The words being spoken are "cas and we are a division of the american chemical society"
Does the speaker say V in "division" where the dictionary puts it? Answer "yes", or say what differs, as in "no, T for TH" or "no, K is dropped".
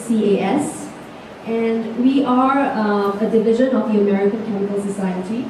yes